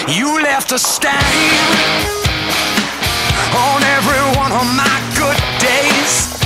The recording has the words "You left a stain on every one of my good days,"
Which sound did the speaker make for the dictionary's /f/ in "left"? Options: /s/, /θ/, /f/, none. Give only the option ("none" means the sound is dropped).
/f/